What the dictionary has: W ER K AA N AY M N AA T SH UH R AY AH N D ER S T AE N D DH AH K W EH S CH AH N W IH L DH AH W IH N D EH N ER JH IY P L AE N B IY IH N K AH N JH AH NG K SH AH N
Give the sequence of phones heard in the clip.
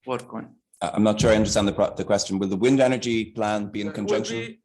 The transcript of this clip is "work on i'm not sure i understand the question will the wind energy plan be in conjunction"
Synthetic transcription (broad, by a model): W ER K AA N AY M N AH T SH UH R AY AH N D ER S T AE N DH DH AH K W EH S CH AH N W IH L DH AH W IH N D EH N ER JH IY P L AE N B IY IH N K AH N JH AH NG K SH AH N